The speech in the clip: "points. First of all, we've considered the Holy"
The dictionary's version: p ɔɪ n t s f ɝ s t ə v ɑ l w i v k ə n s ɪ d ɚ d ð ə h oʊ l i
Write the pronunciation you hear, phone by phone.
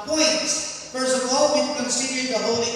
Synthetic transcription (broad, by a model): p ɔɪ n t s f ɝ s ə v ɑ l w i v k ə n s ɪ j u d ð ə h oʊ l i